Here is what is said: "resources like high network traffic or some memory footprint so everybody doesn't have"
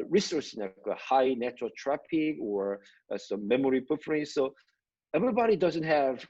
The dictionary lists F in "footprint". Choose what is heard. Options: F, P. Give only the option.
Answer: P